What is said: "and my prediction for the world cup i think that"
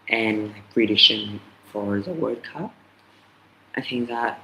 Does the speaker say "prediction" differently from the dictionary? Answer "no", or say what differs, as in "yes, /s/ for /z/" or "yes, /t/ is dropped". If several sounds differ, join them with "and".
yes, /k/ is dropped